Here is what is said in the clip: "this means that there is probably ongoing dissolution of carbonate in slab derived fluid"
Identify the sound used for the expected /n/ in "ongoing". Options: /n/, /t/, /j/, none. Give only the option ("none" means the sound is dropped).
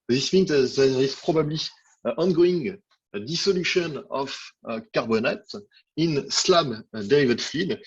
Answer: /n/